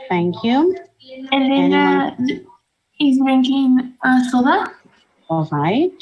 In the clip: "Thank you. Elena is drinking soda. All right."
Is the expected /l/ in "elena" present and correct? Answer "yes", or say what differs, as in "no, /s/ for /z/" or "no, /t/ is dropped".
no, /n/ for /l/